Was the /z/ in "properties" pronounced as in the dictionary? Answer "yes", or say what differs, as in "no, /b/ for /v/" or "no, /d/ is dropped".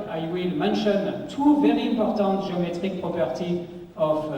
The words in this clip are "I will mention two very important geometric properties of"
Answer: no, /z/ is dropped